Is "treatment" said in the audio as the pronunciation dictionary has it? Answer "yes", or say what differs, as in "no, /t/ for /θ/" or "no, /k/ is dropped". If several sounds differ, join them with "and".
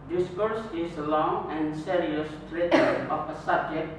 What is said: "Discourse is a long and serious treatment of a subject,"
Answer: no, /m/ is dropped